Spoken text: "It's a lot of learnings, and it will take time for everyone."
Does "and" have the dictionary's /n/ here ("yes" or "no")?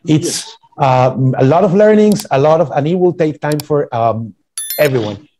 no